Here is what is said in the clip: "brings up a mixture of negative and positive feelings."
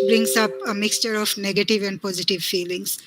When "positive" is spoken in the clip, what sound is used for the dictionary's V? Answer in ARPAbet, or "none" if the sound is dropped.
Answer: V